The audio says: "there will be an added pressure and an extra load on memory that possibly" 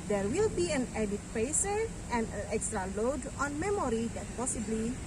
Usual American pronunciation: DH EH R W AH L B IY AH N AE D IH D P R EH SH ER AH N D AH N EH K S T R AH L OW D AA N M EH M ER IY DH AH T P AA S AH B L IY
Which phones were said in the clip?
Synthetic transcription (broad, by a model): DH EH R W AH L B IY AH N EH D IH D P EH S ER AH N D AH N EH K S T R AH L OW D AA N M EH M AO IY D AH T P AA S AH B L IY